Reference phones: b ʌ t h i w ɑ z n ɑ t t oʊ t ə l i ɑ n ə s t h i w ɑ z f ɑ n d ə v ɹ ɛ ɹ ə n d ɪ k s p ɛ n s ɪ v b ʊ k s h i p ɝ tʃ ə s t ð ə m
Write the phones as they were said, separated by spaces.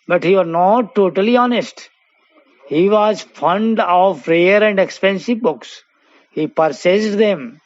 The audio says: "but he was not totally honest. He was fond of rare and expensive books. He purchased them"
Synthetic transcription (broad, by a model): b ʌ t h i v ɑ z n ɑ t t oʊ t ə l i ɑ n ə s t h i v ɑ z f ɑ n d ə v ɹ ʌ ɹ ə n d ɪ k s p ɛ n s ɪ v b ʊ k s h i p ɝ s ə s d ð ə m